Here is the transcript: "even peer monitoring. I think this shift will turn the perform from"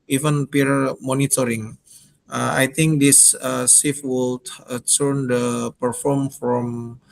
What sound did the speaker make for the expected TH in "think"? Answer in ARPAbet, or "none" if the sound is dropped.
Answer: T